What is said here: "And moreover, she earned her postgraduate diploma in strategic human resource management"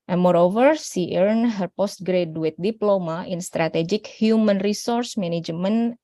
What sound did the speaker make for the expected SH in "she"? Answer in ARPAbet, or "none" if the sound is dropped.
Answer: S